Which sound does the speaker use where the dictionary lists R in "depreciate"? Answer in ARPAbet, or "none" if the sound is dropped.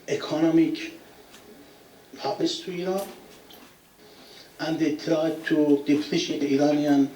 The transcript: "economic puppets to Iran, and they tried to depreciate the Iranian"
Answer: L